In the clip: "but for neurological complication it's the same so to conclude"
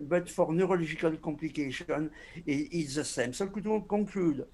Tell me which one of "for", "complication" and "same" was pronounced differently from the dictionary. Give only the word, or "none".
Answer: complication